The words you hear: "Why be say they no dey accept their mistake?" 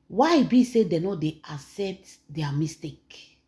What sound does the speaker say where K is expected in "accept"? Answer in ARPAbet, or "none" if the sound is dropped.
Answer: none